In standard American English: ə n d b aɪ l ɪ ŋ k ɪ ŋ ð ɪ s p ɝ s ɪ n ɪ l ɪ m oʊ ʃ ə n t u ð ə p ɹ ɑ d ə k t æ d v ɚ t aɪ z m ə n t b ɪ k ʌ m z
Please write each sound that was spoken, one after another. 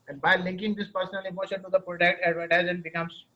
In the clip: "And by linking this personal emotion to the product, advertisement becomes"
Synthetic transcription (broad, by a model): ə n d b aɪ l ɪ ŋ k ɪ ŋ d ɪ s p ɝ s ɪ n ɪ l ɪ m oʊ ʃ ə n t u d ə p ɹ ɑ d ə k t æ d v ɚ t aɪ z ə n b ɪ k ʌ m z